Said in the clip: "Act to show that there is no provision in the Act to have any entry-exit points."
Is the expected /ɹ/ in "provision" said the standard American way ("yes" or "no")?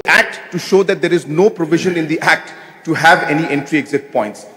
yes